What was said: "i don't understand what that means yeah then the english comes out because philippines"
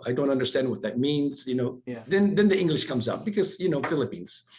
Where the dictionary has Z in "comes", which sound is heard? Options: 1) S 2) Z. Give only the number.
2